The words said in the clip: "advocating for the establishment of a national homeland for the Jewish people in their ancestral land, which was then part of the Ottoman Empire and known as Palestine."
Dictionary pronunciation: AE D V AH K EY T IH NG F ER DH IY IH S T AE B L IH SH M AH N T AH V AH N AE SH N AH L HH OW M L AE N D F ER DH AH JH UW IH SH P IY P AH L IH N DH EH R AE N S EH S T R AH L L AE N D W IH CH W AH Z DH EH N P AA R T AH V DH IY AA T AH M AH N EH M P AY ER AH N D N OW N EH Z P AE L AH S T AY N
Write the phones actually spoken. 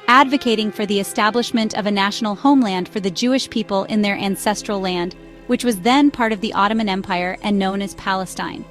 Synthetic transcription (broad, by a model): AE D V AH K EY T IH NG F ER DH IY IH S T AE B L IH SH M AH N T AH V AH N AE SH N L HH OW M L AE N D F ER DH AH JH UW IH SH P IY P AH L IH N DH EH R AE N S EH S T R L L AE N D W IH CH W AH Z DH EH N P AA R T AH V DH IY AA T AH M AH N EH M P AY ER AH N N OW N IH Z P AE L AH S T AY N